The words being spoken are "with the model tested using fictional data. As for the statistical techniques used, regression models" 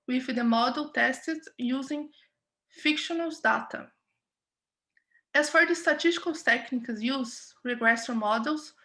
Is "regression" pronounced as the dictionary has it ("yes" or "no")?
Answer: no